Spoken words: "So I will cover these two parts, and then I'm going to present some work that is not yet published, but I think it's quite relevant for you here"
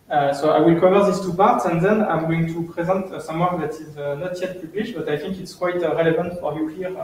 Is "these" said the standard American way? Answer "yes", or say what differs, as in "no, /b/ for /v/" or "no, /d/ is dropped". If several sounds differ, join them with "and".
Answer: no, /s/ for /z/